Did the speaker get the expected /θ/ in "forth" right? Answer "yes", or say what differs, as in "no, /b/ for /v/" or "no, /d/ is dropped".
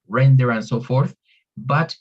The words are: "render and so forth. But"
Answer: yes